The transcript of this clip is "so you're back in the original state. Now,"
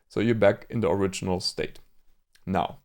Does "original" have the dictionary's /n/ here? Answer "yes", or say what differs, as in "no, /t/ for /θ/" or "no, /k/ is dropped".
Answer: yes